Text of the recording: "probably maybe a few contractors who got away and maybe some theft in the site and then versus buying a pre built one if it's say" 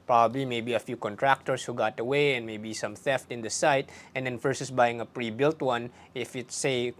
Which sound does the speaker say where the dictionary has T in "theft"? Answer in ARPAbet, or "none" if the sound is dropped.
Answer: T